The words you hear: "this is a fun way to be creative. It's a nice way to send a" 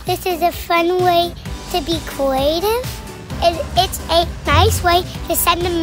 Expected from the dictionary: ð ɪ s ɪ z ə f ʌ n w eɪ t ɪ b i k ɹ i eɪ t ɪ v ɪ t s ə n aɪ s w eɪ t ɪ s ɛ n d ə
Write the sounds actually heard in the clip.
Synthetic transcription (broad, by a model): ð ɪ s ɪ z ə f ʌ n w eɪ t ɪ b i k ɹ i eɪ t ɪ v ɪ t s ə n aɪ s w eɪ t ɪ s ɛ n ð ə